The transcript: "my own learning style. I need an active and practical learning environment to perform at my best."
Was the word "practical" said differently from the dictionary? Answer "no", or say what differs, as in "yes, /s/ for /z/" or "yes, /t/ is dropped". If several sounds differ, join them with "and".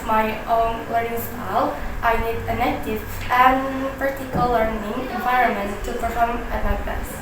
yes, /ɹ/ is dropped and /k/ is dropped